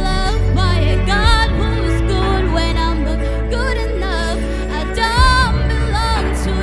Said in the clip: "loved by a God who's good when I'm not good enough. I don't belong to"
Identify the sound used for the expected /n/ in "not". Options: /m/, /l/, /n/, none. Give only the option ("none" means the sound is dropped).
/l/